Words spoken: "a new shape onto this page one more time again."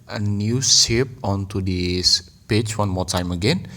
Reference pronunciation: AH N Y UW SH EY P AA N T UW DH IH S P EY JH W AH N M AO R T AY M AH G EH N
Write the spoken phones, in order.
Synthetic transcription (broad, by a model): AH N Y UW S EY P AA N T UW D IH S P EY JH W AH N M AO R T AY M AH G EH N